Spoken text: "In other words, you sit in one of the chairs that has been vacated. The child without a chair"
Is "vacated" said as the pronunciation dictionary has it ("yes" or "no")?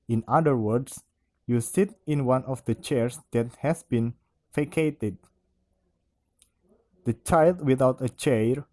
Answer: no